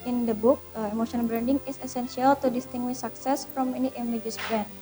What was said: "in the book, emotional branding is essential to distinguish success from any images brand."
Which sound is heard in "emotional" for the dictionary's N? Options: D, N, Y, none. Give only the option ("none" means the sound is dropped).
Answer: none